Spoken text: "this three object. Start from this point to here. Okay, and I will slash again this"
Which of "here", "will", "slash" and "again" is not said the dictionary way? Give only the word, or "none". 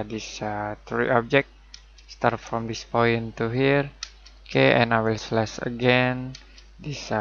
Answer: slash